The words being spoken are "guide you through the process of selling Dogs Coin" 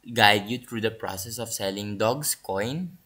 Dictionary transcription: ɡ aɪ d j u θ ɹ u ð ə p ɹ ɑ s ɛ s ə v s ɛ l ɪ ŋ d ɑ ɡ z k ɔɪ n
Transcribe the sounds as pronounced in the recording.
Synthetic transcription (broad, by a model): ɡ aɪ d j u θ ɹ u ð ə p ɹ ɑ s ɛ s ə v s ɛ l ɪ ŋ d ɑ ɡ s k ɔɪ n